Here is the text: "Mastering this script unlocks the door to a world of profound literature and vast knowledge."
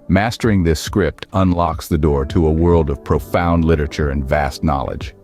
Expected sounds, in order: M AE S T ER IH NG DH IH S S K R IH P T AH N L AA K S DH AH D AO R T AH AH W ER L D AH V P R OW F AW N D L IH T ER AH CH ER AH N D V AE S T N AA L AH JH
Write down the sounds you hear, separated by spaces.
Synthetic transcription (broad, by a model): M AE S T ER IH NG DH IH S S K R IH P T AH N L AA K S DH AH D AO R T AH AH W ER L D AH V P R OW F AW N D L IH T ER AH CH ER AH N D V AE S T N AA L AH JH